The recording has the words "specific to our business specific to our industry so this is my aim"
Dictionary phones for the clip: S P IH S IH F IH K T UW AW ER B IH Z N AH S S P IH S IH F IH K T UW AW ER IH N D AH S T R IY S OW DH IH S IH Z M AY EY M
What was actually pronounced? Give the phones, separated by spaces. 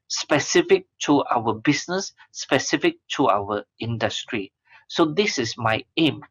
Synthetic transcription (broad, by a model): S P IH S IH F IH K T UW AW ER B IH S N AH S S P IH S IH F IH K T UW AW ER IH N D AH S T R IY S OW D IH S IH S M AY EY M